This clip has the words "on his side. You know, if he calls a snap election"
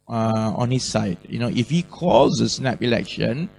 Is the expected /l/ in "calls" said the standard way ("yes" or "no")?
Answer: no